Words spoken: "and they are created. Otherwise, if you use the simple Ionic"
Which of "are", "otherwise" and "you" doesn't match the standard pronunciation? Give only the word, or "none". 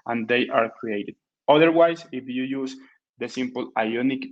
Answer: otherwise